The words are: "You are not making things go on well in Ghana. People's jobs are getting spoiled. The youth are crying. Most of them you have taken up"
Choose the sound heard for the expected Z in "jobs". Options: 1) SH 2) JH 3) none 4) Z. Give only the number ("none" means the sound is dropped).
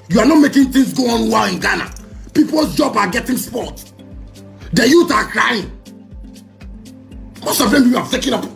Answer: 3